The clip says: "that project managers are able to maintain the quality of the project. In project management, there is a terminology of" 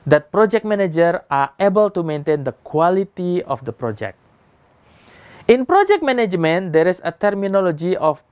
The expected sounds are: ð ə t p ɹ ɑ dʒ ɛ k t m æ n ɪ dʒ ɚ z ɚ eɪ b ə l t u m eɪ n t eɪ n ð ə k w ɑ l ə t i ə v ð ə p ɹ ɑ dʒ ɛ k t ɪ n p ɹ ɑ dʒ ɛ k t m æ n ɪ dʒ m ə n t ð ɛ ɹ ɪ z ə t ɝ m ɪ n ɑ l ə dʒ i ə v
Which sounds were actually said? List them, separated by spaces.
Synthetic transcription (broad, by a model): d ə t p ɹ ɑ dʒ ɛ k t m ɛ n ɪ dʒ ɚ ɑ eɪ b ə l t u m eɪ n t eɪ n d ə k w ɑ l ə t i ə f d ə p ɹ ɑ dʒ ɛ k t ɪ n p ɹ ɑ dʒ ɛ k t m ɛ n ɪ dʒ m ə n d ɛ ɹ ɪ s ə t ɝ m ɪ n ɑ l ə dʒ i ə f